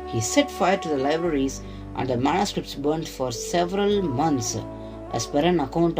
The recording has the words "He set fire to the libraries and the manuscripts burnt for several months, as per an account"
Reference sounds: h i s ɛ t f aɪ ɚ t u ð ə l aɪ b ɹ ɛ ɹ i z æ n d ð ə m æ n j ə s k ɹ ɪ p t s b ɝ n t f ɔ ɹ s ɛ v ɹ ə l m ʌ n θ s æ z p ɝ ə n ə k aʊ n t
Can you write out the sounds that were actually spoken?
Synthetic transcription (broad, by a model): h i s ɛ t f aɪ ɚ t u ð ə l aɪ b ɹ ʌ ɹ i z æ n d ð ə m æ n j ə s k ɹ ɪ p t s b ɝ n t f ɔ ɹ s ɛ v ɹ ə l m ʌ n t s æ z p ɝ ə n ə k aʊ n t